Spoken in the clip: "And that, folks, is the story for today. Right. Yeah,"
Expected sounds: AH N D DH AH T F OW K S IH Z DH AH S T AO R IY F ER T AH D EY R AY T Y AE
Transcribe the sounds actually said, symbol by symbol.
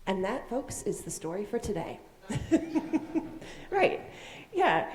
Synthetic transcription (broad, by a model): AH N DH AH T F OW K S IH Z DH AH S T AO R IY F ER T AH D EY R AY T Y AE